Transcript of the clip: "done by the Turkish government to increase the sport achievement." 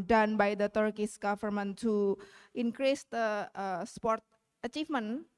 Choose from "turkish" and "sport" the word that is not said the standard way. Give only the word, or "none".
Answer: turkish